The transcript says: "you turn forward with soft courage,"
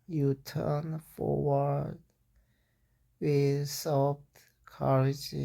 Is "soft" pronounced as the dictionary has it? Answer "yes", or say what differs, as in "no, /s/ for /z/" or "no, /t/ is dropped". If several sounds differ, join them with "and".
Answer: no, /p/ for /f/